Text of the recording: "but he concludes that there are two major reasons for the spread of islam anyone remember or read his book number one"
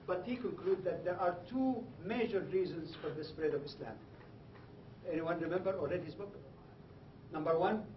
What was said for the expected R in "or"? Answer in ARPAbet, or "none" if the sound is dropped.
L